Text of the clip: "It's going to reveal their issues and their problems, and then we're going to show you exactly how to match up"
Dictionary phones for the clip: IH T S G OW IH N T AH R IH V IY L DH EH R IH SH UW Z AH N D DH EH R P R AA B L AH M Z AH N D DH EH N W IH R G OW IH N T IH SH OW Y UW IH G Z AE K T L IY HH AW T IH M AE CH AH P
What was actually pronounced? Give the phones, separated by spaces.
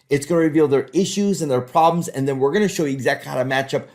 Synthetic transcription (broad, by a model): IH T S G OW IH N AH R IH V IY L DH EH R IH SH UW Z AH N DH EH R P R AA B L AH M Z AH N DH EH N W IH R G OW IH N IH SH OW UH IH G Z AE K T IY HH AW T IH M AE CH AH P